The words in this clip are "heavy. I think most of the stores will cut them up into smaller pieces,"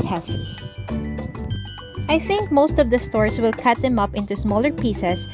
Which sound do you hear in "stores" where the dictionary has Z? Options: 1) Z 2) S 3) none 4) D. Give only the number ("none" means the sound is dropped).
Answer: 2